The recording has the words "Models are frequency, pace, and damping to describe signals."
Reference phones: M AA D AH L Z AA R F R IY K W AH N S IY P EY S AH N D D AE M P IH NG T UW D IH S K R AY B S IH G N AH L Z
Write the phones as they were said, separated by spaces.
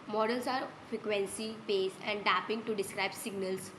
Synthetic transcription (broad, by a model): M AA D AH L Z AA R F R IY K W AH N S IY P EY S AH N D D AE P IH NG T UW D IH S K R AY B S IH G N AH L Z